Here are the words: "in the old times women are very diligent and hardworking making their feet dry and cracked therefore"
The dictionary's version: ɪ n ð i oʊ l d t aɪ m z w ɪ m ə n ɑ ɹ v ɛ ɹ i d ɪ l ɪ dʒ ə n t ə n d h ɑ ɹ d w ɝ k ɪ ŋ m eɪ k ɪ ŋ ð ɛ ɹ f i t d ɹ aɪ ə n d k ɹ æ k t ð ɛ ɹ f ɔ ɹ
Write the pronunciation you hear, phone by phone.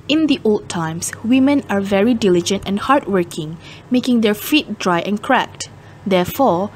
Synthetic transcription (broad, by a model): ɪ n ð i oʊ l d t aɪ m s w ɪ m ə n ɑ ɹ v ɛ ɹ i d ɪ l ɪ dʒ ə n t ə n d h ɑ ɹ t w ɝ k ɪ ŋ m eɪ k ɪ ŋ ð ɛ ɹ f i t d ɹ aɪ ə n k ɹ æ k t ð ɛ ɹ f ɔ ɹ